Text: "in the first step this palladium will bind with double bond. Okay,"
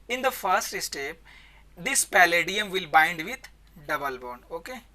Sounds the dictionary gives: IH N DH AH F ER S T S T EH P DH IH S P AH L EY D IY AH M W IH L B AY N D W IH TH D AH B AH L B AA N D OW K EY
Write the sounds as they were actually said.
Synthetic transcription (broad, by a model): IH N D AH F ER S T S T EH P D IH S P AH L EY D IY AH M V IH L B AY N D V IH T D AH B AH L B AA N OW K EY